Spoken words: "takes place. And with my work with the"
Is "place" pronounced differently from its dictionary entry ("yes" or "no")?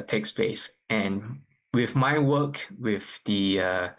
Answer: yes